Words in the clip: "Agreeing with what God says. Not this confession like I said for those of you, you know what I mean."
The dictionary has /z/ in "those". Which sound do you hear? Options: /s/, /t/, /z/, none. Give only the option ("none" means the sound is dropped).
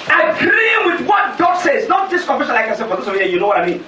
/s/